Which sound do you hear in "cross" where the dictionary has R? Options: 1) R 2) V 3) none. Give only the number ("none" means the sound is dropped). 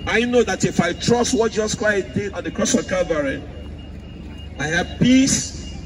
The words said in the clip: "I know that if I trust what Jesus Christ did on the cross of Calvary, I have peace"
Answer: 1